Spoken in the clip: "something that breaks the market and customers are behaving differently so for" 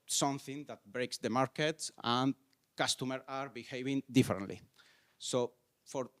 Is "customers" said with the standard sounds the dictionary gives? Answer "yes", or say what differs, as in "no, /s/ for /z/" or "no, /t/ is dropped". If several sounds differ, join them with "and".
no, /z/ is dropped